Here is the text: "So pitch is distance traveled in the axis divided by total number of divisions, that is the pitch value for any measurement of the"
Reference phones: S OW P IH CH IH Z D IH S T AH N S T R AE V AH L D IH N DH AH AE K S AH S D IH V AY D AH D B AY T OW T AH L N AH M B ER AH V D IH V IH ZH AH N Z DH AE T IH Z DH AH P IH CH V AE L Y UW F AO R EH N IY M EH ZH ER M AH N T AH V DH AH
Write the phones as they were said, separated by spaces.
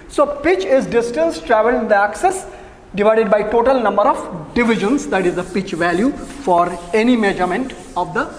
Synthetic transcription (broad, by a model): S OW P IH CH IH Z D IH S T AH N S T R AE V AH L IH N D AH AE K S AH S D IH V AY D AH D B AY T OW T AH L N AH M B ER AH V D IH V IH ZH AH N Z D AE T IH Z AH P IH CH V AE L Y UW F AO R EH N IY M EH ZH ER M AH N T AH V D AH